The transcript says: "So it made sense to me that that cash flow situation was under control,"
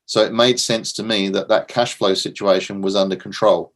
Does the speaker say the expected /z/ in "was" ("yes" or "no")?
yes